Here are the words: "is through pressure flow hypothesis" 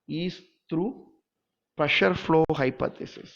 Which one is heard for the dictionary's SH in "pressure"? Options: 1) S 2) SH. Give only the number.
2